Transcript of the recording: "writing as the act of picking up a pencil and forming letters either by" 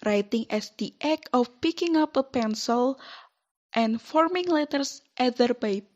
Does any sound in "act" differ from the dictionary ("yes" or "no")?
yes